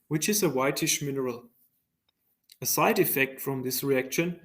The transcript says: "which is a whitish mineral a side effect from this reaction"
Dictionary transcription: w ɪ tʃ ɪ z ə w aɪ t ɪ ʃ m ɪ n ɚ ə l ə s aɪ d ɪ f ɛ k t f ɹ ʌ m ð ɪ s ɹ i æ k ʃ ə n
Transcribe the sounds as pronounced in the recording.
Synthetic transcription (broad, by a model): w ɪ tʃ ɪ z ə w aɪ t ɪ ʃ m ɪ n ɚ ə l ə s aɪ d ɪ f ɛ k t f ɹ ʌ m ð ɪ s ɹ i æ k ʃ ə n